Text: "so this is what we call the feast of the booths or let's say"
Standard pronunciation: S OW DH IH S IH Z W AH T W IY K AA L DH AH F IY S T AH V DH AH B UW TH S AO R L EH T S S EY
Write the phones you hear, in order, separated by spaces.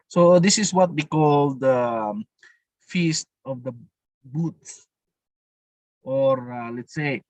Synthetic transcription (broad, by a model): S OW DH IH S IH S W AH T W IY K AA L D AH F IY S T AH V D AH B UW T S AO R L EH T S S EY